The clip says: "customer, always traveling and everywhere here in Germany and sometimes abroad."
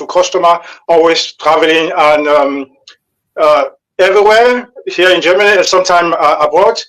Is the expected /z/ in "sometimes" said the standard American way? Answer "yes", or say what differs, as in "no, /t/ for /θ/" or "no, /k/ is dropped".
no, /z/ is dropped